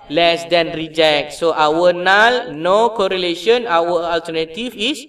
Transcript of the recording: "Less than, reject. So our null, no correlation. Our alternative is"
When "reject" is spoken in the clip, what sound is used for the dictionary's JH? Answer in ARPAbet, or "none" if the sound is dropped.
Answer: JH